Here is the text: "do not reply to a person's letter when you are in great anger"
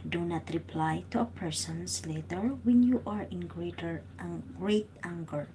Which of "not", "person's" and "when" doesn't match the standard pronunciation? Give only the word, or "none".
person's